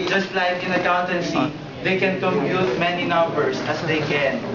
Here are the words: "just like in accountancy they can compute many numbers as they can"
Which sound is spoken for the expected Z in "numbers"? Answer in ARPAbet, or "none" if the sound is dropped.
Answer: S